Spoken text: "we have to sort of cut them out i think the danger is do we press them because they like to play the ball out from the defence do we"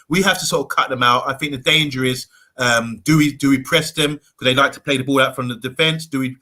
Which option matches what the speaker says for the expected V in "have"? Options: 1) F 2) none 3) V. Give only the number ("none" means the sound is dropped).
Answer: 1